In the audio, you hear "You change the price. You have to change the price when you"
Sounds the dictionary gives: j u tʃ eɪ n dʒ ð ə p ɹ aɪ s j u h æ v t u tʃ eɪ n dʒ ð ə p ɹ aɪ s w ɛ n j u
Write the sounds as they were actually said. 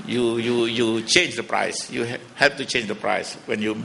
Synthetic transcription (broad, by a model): j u tʃ eɪ n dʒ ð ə p ɹ aɪ s j u h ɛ p t u tʃ eɪ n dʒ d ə p ɹ aɪ s w ɛ n j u